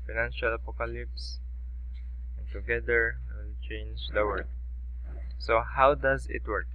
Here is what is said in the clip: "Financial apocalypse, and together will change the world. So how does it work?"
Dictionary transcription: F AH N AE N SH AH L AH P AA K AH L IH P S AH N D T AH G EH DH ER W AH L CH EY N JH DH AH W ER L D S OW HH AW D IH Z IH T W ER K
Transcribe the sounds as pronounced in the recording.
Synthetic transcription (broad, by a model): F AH N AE N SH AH L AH P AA K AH L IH P S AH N T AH G EH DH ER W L CH EY N JH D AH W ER D S OW HH AW D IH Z IH T W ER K